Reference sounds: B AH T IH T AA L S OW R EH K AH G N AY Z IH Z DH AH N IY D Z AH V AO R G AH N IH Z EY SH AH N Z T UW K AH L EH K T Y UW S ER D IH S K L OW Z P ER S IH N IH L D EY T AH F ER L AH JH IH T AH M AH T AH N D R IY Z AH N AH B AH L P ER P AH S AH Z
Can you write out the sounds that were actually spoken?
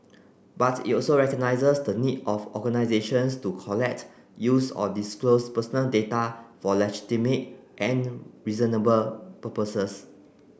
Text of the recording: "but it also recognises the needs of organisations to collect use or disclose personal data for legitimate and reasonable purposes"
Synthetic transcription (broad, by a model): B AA T IH T AA L S OW R EH K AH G N AY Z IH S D AH N IY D AH F AO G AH N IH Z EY SH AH N S T UW K AH L EH K T Y UW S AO D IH S K L OW S P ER S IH N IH L D EY T AH F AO L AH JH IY T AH M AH T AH N R IY Z AH N AH B AH L P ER P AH S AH S